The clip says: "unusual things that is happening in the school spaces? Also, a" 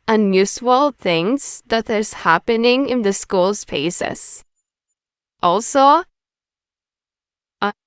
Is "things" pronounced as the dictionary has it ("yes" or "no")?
yes